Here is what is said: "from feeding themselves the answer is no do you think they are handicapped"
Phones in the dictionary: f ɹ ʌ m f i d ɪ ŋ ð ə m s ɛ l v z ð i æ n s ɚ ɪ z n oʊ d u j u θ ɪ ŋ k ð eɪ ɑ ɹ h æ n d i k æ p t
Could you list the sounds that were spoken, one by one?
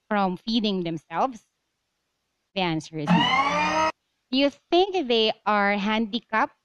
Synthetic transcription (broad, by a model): f ɹ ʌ m f i d ɪ ŋ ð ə m s ɛ l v s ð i æ n s ɚ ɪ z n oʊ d j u θ ɪ ŋ k ð eɪ ɑ ɹ h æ n d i k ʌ p